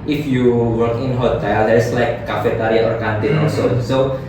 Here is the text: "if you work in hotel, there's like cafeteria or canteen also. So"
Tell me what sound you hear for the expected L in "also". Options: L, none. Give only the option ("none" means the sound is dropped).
none